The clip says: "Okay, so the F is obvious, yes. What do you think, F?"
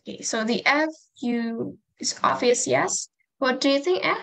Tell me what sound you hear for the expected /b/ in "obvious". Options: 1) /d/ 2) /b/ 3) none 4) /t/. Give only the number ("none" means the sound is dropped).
3